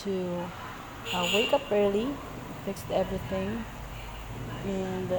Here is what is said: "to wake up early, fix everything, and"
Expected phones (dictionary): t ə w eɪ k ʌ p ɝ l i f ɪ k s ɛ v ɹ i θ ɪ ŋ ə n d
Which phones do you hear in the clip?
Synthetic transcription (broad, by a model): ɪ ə w eɪ k ʌ p ɝ l i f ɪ k s ɛ v ɹ i θ ɪ ŋ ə n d